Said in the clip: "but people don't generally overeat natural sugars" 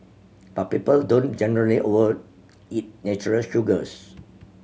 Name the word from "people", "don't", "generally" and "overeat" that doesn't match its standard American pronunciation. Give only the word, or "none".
overeat